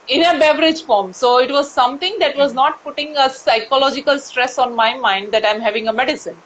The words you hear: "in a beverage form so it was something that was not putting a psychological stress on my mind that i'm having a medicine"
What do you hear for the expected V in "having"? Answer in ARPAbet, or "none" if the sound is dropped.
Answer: V